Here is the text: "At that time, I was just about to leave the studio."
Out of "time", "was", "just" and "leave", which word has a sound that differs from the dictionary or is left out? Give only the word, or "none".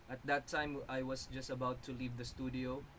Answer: was